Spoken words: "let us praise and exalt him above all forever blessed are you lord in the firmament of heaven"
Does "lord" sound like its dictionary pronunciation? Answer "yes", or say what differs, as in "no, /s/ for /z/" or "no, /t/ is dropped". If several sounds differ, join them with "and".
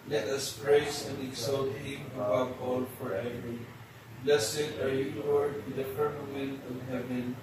no, /w/ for /l/ and /d/ is dropped